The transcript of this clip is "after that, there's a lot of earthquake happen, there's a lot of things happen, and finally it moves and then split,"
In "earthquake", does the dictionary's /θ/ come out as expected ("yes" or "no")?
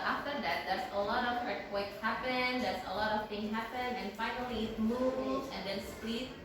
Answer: no